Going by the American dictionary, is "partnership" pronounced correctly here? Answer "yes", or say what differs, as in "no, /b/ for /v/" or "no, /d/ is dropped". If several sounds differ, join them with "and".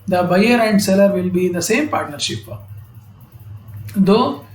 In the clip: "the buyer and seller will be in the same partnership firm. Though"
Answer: yes